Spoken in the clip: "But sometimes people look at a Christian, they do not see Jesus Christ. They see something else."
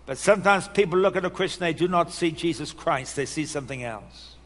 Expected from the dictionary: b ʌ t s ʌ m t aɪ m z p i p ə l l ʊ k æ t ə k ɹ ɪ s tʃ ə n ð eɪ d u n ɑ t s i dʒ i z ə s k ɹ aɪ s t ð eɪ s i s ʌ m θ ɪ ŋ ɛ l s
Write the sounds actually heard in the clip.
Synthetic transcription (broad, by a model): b ʌ t s ʌ m t aɪ m z p i p l l ʊ k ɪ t ə k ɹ ɪ s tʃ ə n ð eɪ d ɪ n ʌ t s i dʒ i z ə s k ɹ aɪ s t ð eɪ s i s ʌ m θ ɪ ŋ ɛ l s